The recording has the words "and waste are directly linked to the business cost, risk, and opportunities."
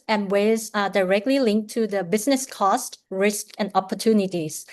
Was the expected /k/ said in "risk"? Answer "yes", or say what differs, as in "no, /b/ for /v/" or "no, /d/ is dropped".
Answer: yes